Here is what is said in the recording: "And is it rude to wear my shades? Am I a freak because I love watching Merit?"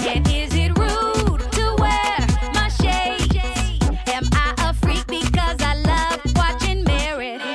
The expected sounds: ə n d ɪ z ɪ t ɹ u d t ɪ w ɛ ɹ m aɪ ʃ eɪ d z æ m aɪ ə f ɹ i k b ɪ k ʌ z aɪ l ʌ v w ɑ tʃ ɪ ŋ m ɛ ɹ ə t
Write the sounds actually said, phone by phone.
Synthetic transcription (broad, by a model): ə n ɪ z ɪ t ɹ u d t ɪ w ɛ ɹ m aɪ ʃ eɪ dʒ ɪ m aɪ ə f ɹ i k b ɪ k ʌ z aɪ l ʌ v w ɑ tʃ ɪ ŋ m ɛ ɹ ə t